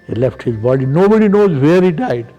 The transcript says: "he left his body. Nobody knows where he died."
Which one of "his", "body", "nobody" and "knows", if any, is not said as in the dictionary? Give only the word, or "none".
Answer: none